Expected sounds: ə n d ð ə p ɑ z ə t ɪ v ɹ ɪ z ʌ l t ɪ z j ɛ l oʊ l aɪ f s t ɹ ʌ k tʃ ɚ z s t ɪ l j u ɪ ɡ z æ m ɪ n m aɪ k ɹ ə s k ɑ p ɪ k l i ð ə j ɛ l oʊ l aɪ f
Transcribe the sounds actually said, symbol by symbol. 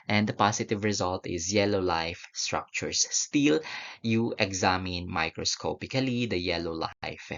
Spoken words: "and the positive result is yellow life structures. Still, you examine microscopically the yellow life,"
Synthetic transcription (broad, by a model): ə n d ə p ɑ s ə t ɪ v ɹ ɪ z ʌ l t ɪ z j ɛ l oʊ l aɪ f s t ɹ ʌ k tʃ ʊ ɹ s t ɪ l j u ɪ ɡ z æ m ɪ n m aɪ k ɹ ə s k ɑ p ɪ k l i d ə j ɛ l oʊ l aɪ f